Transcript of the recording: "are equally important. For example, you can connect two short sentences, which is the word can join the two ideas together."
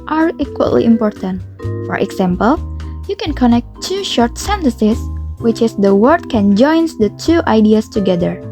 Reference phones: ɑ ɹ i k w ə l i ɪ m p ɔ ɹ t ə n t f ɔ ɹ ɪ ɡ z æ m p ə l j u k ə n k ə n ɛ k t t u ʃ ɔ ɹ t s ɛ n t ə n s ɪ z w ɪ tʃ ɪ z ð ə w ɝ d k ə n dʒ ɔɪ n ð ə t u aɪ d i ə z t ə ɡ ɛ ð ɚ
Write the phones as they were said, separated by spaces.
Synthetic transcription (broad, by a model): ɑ ɹ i k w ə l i ɪ m p ɔ ɹ t ə n t f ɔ ɹ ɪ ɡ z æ m p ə l j u k ə n k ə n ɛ k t t u ʃ ɔ ɹ t s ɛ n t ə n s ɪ s w ɪ tʃ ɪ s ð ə w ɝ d k ə n dʒ ɔɪ n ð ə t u aɪ d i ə s t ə ɡ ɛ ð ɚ